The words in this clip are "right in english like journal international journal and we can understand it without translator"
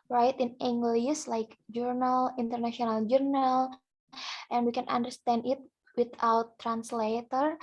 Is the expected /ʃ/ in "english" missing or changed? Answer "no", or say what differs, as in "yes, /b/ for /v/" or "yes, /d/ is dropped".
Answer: yes, /s/ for /ʃ/